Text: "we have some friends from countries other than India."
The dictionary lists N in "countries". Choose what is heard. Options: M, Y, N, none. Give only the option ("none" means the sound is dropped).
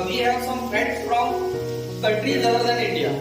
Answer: none